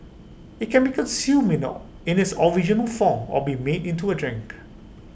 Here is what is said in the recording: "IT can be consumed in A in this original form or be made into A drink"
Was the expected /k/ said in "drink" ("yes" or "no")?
yes